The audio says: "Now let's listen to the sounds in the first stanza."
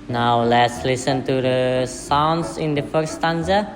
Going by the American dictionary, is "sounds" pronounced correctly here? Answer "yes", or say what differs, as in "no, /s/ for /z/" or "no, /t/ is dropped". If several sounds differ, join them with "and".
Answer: no, /s/ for /z/